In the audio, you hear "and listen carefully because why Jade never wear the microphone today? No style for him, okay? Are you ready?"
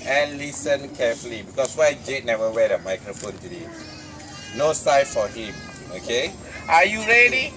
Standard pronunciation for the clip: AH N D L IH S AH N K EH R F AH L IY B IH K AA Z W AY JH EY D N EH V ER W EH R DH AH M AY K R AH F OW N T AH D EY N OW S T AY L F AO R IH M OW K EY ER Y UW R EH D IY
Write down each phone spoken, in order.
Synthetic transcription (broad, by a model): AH N L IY S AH N K EH F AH L IY B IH K AA S W AY JH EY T N EH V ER W EH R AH M AY K R AH F OW N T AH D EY N OW S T AY F AO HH IH M OW K EY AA Y UW R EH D IY